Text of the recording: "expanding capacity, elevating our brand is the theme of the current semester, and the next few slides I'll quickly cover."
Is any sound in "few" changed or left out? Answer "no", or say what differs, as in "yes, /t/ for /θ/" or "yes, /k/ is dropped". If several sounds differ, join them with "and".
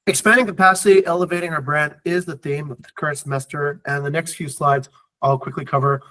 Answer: no